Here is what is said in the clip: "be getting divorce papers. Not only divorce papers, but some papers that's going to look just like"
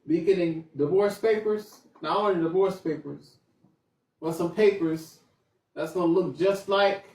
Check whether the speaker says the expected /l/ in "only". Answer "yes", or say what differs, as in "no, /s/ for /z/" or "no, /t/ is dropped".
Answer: no, /l/ is dropped